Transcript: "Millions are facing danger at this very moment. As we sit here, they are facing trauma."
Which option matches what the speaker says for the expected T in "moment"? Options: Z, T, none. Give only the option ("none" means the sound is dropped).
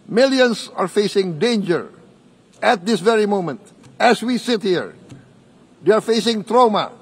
T